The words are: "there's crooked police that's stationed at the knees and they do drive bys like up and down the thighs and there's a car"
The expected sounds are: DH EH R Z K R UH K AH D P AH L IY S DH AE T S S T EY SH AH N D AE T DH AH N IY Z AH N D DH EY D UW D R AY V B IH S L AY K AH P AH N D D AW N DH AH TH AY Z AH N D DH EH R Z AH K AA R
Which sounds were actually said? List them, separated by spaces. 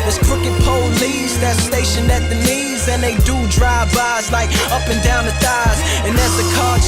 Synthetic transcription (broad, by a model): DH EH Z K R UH K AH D P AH L IY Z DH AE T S S T EY SH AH N IH T DH AH N IY Z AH N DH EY D UW D R AY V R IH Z L AY K AH P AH N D D AW N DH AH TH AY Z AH N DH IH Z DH AH K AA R